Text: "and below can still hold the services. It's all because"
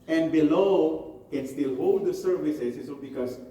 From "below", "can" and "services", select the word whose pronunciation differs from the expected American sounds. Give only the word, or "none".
services